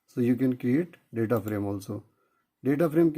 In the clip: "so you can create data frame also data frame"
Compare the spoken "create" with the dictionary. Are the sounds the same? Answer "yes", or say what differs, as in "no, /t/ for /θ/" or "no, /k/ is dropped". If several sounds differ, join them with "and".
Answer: no, /ɹ/ is dropped